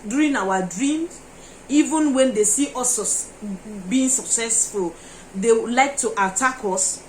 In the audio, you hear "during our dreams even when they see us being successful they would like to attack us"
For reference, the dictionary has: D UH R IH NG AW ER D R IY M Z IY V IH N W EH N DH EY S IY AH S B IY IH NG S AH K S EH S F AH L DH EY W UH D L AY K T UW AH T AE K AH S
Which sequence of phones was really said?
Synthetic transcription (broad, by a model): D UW R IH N AW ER D R IY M IY V IH N W EH N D EY S IY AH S B IY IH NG S AH K S EH S F AH L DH EY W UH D L AY K T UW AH T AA K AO S